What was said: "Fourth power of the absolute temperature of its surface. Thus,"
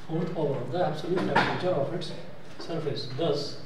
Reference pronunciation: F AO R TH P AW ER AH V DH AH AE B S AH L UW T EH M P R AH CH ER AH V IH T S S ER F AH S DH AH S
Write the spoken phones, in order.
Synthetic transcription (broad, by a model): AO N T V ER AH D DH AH AE B S AH L UW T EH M R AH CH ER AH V IH T S S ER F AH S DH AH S